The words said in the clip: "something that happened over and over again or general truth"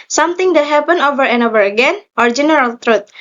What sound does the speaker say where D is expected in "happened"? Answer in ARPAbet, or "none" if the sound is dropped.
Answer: none